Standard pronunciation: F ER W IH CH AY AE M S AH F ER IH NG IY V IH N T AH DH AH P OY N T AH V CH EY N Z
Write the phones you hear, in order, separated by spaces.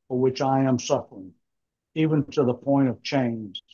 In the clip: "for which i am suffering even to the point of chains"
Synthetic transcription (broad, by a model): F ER W IH CH AY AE M S AH F ER IH NG IY V IH N T AH DH AH P OY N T AH V CH EY N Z